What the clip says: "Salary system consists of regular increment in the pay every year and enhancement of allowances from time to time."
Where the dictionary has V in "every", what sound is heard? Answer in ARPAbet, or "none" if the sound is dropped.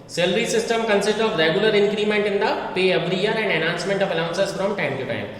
B